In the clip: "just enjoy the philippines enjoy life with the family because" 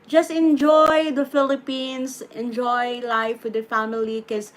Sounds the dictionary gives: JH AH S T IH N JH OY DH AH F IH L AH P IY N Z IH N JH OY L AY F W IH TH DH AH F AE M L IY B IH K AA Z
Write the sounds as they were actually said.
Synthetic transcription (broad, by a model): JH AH S T IH N JH OY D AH F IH L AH P IY N S IH N JH OY L AY F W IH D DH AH F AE M IY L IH K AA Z